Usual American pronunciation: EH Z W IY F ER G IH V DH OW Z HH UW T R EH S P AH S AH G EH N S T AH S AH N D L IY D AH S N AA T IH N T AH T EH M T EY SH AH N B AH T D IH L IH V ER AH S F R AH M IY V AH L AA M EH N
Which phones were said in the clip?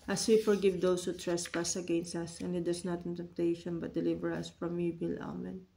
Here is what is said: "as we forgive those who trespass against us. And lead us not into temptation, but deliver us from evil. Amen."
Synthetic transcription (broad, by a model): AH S W IY F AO G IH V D OW S HH UW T R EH S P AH S AH G EH N S T AH S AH N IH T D AH S N AA T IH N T T EH M T EY SH AH N B AH T D IH L IH V ER AH S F R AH M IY B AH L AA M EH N